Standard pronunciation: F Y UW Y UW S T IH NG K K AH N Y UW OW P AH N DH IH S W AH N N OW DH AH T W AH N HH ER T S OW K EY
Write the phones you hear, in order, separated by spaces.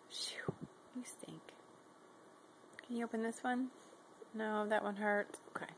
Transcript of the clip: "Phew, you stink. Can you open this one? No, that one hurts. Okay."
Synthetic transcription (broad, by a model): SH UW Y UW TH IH NG K K AH N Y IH OW P AH N DH IH S W AH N N OW DH AH T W AH N HH ER T OW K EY